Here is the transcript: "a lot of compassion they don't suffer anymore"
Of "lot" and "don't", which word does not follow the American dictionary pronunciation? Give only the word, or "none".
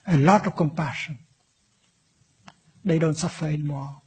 none